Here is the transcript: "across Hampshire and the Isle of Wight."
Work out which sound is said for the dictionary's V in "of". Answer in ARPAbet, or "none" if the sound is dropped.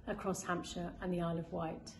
V